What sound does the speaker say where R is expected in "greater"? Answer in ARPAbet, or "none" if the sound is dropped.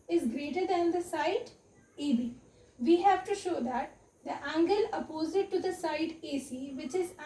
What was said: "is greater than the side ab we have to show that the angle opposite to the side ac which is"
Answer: R